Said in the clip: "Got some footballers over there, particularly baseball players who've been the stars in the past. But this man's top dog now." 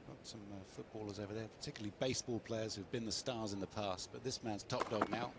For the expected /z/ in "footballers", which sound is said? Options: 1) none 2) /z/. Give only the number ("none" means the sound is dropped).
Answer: 2